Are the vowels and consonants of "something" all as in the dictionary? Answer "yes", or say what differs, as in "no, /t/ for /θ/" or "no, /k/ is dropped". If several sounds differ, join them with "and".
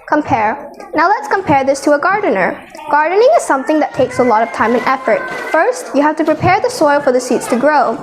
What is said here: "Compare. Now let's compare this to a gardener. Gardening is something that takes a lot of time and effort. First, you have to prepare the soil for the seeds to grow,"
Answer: yes